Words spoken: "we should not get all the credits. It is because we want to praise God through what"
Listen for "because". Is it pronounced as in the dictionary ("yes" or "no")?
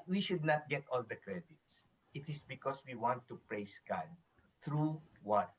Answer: no